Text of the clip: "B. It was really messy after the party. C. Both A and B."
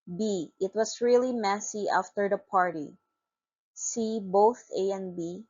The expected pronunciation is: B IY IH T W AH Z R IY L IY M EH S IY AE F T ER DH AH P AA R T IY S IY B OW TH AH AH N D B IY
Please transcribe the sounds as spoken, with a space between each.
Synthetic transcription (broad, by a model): B IY IH T W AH S R IY L IY M EH S IY AE F T ER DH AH P AA R T IY S IY B OW TH AH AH N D B IY